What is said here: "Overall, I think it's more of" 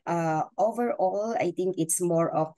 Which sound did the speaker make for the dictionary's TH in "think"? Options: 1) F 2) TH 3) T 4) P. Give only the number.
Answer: 3